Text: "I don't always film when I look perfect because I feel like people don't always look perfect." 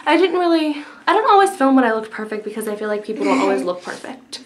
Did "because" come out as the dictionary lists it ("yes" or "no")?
yes